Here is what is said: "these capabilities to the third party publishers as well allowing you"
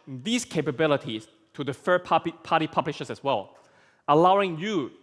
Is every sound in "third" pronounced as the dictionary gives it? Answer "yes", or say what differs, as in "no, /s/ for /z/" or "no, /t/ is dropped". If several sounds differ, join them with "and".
no, /f/ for /θ/